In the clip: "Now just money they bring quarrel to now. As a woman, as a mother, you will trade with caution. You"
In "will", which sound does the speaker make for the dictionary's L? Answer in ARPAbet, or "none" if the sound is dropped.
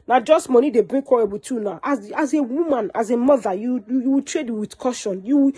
W